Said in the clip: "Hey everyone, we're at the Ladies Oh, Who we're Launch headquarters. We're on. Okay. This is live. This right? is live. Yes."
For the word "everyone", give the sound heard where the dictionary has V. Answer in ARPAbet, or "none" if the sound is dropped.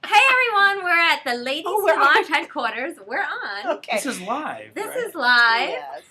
V